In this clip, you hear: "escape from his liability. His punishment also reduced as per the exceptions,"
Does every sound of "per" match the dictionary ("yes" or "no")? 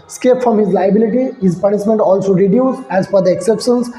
no